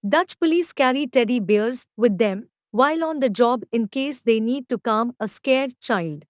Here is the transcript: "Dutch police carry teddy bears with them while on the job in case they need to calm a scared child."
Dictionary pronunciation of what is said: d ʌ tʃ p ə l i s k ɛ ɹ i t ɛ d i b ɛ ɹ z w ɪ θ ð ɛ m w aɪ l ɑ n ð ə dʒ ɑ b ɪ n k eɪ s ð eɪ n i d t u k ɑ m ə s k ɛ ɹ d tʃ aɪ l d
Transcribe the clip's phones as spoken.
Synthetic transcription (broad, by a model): d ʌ tʃ p ə l i s k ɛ ɹ i t ɛ d i b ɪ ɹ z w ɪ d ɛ m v aɪ l ɑ n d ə dʒ ɑ b ɪ n k eɪ s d eɪ n i d t u k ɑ m ə s k ɛ ɹ d tʃ aɪ l d